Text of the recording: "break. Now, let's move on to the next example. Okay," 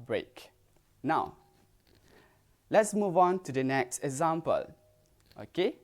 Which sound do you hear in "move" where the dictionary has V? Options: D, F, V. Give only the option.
V